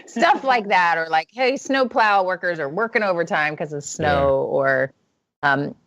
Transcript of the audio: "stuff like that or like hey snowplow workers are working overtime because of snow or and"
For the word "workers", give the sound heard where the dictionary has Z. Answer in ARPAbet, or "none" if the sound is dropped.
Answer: Z